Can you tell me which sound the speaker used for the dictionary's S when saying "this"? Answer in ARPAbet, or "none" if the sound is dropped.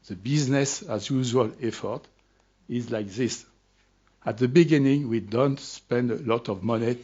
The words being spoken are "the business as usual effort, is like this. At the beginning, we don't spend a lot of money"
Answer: S